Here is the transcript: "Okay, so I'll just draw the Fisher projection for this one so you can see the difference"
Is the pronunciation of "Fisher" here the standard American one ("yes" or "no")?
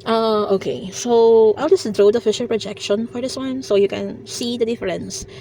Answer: yes